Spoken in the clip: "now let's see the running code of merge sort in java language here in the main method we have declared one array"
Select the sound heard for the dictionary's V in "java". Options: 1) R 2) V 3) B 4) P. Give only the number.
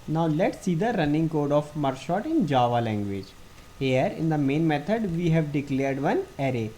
2